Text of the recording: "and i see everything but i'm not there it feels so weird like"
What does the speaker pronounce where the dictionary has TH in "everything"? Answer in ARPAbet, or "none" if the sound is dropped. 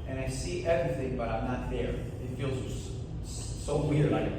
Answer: TH